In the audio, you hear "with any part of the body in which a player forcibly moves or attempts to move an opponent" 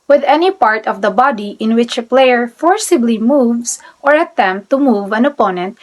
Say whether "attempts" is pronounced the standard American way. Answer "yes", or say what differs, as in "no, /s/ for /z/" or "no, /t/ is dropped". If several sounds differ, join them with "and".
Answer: no, /s/ is dropped